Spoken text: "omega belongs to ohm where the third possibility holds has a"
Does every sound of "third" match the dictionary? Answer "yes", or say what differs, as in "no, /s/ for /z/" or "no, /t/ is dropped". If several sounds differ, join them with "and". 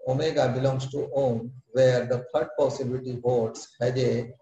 no, /f/ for /θ/